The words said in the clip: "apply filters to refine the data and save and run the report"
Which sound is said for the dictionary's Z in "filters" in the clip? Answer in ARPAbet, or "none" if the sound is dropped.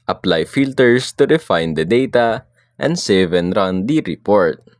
S